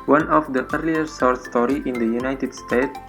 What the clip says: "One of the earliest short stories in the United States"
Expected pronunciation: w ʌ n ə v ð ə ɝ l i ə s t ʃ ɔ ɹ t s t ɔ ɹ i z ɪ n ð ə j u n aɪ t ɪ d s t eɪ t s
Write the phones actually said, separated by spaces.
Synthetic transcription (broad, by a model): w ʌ n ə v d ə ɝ l i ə t s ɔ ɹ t s t ɔ ɹ i ɪ n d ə j u n aɪ t ɪ d s t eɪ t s